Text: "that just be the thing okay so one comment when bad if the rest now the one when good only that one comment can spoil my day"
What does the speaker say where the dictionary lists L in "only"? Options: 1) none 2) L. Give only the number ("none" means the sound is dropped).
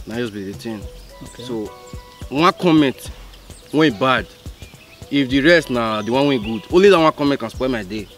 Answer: 2